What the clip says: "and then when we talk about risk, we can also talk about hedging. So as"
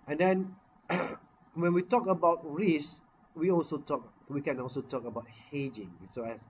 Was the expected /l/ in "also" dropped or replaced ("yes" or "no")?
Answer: no